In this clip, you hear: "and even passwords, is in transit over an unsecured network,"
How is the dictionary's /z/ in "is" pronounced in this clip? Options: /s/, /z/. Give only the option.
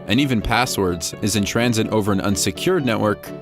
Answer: /z/